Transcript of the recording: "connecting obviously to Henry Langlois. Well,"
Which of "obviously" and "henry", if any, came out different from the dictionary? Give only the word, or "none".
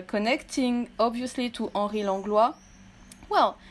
henry